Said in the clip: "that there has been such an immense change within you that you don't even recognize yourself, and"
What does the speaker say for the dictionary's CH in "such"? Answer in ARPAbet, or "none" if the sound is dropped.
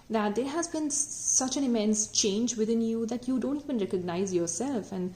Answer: CH